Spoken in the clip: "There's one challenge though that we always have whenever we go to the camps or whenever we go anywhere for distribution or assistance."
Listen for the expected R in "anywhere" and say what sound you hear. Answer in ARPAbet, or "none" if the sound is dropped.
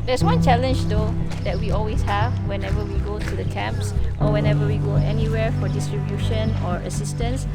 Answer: R